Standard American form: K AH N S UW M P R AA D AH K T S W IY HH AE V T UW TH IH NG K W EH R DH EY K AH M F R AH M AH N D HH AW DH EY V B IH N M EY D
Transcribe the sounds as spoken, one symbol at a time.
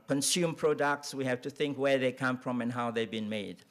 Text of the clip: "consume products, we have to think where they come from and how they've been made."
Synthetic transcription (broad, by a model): K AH N S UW M P R AA D AH K T S W IY HH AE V T UW TH IH NG K W EH R DH EY K AH M F R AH M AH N HH AW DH EY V B IH N M EY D